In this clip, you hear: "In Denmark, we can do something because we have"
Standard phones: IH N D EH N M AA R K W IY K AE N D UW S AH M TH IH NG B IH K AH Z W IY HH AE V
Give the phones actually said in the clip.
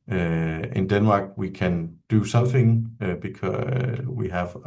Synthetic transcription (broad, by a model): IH N D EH N M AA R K W IY K AE N D UW S AH M TH IH NG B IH K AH W IY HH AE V